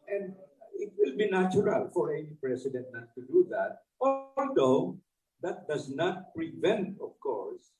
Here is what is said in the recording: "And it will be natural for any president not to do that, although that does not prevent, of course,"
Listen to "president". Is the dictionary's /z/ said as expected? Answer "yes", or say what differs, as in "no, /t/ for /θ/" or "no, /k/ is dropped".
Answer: no, /s/ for /z/